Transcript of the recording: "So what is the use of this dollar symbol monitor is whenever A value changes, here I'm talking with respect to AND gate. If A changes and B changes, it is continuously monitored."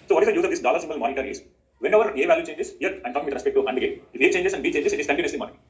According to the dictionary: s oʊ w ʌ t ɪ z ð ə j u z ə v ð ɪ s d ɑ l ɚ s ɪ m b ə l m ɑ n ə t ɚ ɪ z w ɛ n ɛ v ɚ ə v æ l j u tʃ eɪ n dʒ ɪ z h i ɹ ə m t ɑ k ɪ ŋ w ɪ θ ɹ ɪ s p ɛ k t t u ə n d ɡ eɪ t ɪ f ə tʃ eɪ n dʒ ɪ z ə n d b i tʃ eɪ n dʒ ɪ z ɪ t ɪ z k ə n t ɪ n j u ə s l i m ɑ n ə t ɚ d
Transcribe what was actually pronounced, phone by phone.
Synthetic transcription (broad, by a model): s oʊ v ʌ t ɪ z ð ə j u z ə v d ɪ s d ɑ l ɚ s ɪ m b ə l m ɑ n ə t ɚ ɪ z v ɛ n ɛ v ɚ ə v æ l j u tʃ eɪ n dʒ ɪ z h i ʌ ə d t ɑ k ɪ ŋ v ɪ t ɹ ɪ s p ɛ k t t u ə n d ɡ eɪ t ɪ f ə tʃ eɪ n dʒ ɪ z ə n d b i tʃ eɪ n dʒ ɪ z ɪ t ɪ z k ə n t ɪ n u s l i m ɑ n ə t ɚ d